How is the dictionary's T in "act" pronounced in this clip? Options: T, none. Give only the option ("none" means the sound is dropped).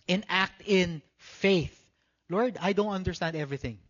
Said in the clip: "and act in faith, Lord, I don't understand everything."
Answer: T